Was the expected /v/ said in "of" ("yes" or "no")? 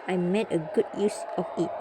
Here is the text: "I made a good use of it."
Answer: no